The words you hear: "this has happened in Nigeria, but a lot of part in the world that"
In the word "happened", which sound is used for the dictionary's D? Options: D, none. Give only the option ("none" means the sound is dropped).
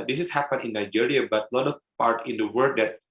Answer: none